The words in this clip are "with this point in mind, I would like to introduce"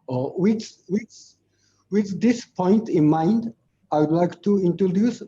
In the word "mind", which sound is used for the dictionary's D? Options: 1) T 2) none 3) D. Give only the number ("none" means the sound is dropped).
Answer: 3